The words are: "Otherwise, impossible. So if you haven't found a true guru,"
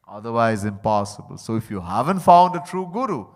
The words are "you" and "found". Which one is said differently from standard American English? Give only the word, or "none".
none